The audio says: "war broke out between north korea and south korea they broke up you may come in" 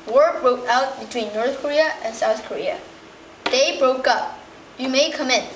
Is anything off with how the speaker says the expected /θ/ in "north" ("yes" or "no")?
no